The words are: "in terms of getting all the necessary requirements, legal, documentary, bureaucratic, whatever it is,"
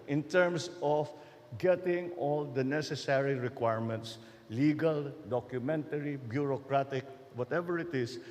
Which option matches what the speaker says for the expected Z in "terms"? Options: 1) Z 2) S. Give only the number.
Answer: 2